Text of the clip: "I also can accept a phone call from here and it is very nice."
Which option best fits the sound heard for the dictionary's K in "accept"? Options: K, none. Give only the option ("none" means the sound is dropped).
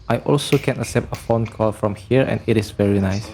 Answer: none